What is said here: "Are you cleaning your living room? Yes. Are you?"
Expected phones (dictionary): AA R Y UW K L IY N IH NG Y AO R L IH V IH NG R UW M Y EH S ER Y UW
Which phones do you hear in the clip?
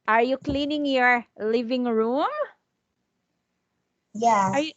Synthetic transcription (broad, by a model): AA R Y UW K L IY N IH NG Y AO R L IH V IH NG R UW M Y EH ER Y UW